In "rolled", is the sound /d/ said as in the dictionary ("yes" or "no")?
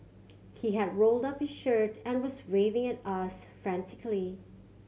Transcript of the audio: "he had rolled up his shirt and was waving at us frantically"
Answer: yes